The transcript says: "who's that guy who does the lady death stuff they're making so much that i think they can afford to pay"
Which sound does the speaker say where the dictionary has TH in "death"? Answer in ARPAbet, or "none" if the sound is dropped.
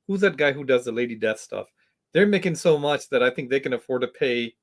TH